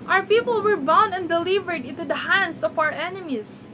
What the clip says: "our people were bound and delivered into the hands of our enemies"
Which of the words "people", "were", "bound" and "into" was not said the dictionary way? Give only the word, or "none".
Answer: bound